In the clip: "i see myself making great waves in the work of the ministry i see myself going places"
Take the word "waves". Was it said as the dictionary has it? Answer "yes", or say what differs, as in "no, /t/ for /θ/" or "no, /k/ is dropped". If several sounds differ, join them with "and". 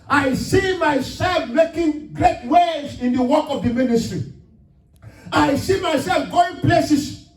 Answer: no, /v/ is dropped